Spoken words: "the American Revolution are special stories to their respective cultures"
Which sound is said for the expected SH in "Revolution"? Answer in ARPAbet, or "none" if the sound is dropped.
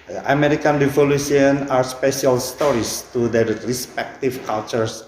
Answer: S